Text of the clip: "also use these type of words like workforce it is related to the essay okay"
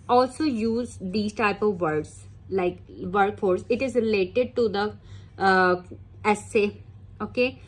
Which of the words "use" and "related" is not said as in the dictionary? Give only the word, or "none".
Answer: none